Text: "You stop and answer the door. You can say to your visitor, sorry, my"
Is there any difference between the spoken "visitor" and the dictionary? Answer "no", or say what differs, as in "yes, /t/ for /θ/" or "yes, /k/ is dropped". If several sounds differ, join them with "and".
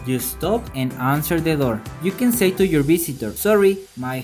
yes, /s/ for /z/